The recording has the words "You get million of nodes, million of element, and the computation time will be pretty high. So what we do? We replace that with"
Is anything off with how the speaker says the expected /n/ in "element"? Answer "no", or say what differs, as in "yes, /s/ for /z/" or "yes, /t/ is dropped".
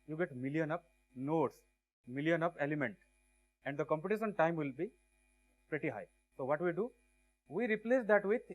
no